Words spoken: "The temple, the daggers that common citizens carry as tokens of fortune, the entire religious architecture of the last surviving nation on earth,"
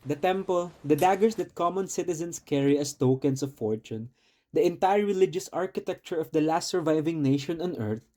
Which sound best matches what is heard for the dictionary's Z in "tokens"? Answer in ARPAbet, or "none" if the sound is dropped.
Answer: S